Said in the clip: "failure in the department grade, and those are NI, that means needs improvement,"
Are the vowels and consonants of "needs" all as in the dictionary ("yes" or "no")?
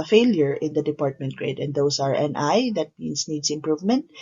no